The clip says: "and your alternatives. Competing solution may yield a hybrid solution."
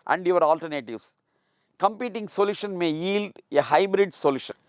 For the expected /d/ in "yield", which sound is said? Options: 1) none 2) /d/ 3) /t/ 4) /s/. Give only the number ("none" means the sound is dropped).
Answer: 2